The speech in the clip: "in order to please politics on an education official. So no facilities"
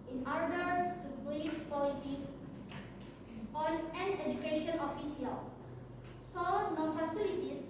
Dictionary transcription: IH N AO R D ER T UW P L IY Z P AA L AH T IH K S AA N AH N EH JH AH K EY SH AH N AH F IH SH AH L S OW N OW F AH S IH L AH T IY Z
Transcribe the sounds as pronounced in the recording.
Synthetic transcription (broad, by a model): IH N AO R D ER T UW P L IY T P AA L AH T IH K AA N AH N EH JH AH K EY SH AH N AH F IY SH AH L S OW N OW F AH S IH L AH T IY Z